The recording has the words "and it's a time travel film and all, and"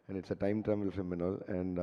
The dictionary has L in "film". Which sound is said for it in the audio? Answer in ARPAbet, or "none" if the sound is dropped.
none